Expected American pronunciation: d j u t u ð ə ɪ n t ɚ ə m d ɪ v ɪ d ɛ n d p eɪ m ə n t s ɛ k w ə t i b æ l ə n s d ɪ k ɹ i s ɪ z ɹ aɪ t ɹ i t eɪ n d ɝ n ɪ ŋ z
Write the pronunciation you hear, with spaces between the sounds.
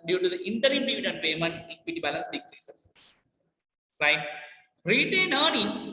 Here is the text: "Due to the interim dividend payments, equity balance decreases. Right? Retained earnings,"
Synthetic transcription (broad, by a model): d j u t u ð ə ɪ n t ɚ ə m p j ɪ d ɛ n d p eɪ m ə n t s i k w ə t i b æ l ə n s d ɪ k ɹ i s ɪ s ɹ aɪ t ɹ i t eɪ n ɑ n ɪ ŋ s